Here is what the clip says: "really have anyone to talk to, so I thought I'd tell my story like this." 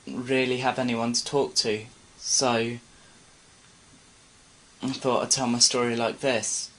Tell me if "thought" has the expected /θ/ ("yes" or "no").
yes